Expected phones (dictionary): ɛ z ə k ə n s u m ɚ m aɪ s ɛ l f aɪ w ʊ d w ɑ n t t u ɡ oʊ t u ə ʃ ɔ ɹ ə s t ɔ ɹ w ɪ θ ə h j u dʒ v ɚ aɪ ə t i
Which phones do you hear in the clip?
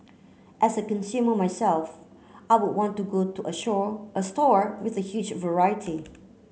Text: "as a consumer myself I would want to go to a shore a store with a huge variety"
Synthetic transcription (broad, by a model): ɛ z ə k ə n s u m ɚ m aɪ s ɛ l f aɪ w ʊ d w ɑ n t t u ɡ oʊ t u ə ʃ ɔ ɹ ə s t ɔ ɹ w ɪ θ ə h j u dʒ v ɚ aɪ ə t i